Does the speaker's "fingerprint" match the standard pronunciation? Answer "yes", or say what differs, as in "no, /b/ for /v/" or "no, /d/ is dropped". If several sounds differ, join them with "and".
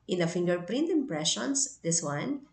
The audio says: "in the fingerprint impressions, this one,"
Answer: yes